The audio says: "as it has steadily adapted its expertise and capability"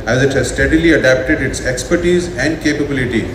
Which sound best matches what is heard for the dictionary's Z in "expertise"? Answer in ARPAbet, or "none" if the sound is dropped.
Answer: Z